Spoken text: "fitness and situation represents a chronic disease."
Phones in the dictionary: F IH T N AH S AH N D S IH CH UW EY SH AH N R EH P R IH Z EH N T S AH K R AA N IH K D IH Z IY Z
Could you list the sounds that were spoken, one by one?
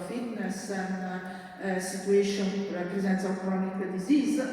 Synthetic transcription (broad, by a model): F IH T N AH S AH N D S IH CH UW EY SH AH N R EH P R IH Z EH N T S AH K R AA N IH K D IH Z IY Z